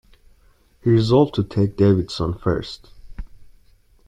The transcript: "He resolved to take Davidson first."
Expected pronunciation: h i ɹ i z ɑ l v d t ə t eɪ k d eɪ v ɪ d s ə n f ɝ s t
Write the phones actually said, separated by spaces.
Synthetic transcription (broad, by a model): h i ɹ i z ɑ l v t ə t eɪ k d eɪ v ɪ d s ə n f ɝ s t